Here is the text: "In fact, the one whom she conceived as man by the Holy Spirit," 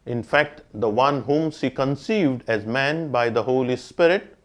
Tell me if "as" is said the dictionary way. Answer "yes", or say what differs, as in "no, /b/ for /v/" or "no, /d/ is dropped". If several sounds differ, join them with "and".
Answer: yes